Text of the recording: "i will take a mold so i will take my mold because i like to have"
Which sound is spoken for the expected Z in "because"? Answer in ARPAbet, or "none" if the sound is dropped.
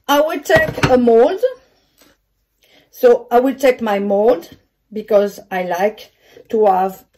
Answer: Z